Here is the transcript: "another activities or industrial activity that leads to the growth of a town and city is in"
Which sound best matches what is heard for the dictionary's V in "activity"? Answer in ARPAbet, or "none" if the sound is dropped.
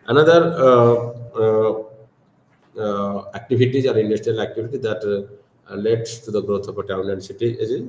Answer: B